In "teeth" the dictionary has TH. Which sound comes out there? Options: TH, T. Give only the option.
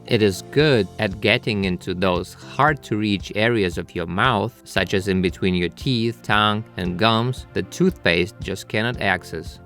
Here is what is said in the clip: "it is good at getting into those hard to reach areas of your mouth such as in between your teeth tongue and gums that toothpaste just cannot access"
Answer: TH